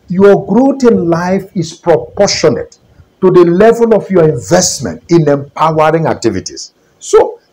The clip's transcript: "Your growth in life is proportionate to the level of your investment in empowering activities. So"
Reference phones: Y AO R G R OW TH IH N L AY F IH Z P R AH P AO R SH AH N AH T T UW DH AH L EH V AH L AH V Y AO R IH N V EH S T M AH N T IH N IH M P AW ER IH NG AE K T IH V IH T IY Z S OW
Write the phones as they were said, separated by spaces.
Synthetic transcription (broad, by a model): Y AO G R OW T IH N L AY F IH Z P R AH P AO SH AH N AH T T UW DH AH L EH V AH L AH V Y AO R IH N V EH S T M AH N T IH N IH M P AW ER IH NG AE K T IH V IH T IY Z S OW